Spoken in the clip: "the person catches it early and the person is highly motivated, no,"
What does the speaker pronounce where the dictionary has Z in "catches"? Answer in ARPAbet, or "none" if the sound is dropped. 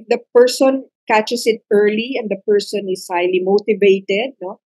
S